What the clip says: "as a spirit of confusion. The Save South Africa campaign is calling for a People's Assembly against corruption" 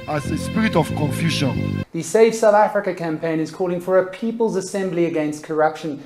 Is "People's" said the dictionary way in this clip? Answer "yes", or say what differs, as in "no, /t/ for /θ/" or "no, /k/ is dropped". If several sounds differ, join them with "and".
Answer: yes